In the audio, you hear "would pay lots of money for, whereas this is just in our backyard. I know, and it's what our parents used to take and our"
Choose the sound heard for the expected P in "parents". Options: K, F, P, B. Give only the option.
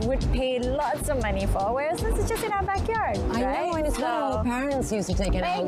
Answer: P